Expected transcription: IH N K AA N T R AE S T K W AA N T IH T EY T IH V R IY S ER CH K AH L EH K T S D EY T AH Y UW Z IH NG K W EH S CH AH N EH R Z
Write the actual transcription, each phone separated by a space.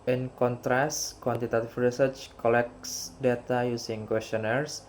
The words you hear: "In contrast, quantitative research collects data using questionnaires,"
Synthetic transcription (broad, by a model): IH N K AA N T R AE S K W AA N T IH T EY T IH F R IY S ER CH K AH L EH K S D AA T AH Y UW S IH NG K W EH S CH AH N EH R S